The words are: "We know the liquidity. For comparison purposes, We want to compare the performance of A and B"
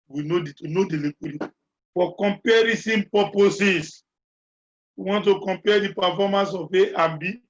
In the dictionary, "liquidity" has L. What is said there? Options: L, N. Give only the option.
N